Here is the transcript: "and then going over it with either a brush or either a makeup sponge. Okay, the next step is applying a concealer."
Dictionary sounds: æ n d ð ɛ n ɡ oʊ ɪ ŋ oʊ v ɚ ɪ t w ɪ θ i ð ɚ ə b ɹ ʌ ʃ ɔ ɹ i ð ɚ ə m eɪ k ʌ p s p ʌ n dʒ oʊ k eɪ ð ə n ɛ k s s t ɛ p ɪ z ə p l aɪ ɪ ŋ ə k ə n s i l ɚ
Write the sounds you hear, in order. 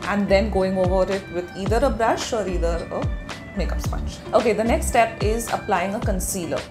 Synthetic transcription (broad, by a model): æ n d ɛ n ɡ oʊ ɪ ŋ oʊ v ɚ ɪ t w ɪ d i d ɚ ə b ɹ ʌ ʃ ɔ ɹ i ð ɚ ə m eɪ k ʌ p s p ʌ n tʃ oʊ k eɪ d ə n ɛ k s s t ɛ p ɪ z ə p l aɪ ɪ ŋ ə k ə n s i l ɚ